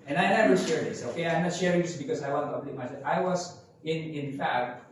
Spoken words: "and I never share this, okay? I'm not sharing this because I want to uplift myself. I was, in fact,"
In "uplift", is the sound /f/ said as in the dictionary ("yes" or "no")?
no